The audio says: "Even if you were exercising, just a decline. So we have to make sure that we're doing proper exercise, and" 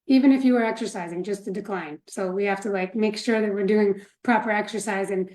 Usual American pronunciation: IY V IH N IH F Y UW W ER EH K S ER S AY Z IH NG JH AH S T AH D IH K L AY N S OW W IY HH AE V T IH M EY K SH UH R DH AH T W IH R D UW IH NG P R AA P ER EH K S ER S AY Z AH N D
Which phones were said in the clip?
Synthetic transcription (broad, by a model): IY V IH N IH F Y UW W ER EH K S ER S AY Z IH NG JH AH S T AH D IH K L AY N S OW W IY HH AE F T IH M EY K SH UH R DH AH T W IH R D UW IH NG P R AA P ER EH K S ER S AY Z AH N